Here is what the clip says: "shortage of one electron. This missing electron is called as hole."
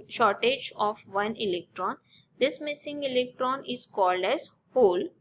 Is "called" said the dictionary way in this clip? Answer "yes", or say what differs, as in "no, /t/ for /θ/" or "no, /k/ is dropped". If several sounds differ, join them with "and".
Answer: yes